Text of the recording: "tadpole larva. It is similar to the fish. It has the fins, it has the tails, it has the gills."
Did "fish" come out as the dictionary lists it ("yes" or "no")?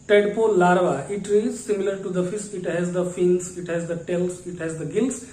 no